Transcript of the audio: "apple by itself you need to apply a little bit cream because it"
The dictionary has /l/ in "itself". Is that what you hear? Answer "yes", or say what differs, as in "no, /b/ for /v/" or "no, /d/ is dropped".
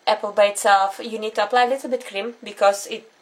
yes